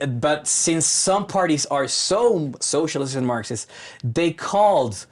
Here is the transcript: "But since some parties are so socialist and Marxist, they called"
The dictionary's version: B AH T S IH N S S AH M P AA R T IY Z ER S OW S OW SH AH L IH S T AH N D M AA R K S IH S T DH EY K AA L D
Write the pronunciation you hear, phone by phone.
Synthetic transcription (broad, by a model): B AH T S IH N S S AH M P AA R T IY Z ER S OW S OW SH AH L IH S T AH N M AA R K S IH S DH EY K AA L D